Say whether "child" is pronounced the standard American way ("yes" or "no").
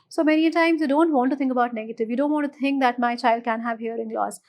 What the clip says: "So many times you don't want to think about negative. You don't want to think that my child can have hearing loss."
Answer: yes